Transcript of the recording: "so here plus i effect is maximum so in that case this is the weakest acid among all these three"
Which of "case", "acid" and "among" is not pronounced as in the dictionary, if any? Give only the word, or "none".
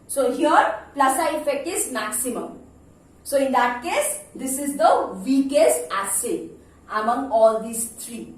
acid